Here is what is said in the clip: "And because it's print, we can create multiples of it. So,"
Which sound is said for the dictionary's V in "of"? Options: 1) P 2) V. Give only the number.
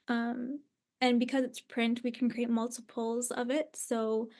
2